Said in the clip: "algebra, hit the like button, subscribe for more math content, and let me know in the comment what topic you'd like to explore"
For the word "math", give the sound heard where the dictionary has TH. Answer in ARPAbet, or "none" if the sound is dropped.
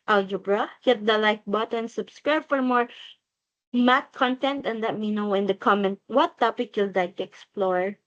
T